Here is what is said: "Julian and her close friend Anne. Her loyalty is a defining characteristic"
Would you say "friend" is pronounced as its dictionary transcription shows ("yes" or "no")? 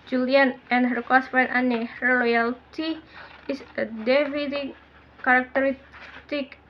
no